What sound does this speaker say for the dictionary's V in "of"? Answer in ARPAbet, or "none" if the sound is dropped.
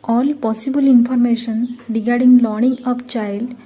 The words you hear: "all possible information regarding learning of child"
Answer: P